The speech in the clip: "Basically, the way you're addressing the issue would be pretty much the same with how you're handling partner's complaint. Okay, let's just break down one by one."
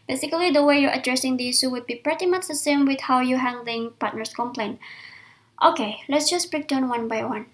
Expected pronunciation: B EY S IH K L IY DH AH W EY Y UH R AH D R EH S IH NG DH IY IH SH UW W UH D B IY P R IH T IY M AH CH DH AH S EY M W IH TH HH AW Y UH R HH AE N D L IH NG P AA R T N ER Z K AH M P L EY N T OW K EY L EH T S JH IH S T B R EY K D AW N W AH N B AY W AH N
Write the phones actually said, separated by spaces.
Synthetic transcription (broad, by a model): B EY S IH K L IY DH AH W EY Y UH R AH D R EH S IH NG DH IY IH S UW W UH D B IY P R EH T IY M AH CH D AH S EY M W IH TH HH AW Y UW HH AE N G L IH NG P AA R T N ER S K AH M P L EY N T OW K EY L EH T S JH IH S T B R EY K D AW N W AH N B AY W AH N